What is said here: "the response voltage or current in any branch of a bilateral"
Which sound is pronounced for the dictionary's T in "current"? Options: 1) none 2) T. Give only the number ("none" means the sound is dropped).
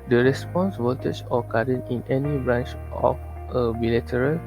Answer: 1